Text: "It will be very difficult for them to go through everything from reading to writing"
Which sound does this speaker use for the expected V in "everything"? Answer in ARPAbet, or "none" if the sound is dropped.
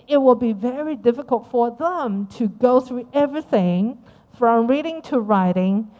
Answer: V